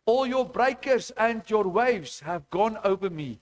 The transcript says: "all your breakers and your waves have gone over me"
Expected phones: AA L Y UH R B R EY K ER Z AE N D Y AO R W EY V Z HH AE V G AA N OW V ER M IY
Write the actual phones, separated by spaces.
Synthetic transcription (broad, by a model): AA L Y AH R B R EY K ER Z AE N D Y AO R W EY V Z HH AE V G AA N OW V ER M IY